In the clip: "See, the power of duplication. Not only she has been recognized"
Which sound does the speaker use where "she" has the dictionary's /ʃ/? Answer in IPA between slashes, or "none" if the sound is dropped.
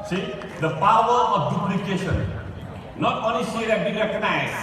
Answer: /s/